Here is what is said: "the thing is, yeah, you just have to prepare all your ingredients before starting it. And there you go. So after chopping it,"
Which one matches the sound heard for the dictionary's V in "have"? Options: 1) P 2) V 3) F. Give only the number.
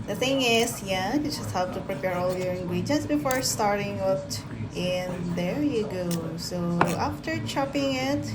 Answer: 1